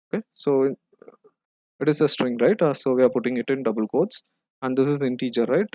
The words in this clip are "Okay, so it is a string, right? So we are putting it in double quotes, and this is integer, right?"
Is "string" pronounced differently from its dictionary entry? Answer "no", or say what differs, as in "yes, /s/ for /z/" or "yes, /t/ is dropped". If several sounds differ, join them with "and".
no